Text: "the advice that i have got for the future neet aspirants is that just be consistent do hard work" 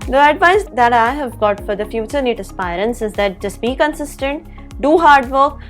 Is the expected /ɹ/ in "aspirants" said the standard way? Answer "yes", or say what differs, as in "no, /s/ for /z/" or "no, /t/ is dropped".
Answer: yes